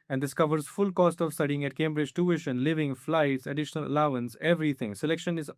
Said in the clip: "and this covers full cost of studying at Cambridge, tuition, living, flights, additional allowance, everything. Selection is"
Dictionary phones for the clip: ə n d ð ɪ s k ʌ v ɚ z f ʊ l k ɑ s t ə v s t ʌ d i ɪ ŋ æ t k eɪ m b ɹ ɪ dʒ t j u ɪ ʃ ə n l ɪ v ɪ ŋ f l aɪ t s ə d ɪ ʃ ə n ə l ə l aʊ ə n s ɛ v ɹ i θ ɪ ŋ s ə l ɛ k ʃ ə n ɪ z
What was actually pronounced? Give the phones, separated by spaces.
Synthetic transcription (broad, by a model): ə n d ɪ s k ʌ v ɚ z f ʊ l k ɑ s t ə v s t ʌ d i ɪ ŋ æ t k eɪ m b ɹ ɪ dʒ t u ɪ ʃ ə n l ɪ v ɪ ŋ f l aɪ t s ə d ɪ ʃ ə n ə l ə l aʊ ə n s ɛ v ɹ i t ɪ ŋ s ə l ɛ k ʃ ə n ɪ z